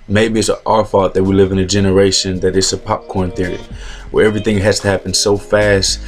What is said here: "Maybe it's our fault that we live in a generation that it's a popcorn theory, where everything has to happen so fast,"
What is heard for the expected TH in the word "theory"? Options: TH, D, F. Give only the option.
TH